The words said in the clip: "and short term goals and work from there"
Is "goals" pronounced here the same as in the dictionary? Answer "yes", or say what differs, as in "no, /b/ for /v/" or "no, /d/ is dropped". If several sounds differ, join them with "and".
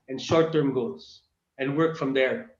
no, /l/ is dropped